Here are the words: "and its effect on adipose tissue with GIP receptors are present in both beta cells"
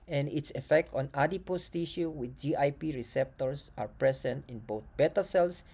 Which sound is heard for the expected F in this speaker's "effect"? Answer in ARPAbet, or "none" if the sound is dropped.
F